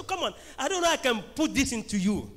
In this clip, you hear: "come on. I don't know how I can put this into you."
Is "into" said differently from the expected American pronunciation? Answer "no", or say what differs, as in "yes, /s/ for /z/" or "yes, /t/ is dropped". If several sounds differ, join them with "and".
no